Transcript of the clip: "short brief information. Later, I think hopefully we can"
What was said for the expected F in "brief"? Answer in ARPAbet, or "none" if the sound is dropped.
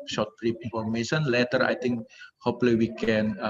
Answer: P